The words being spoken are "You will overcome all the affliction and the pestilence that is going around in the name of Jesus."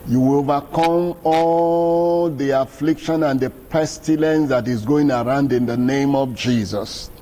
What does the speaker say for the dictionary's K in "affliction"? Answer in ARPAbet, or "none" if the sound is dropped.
K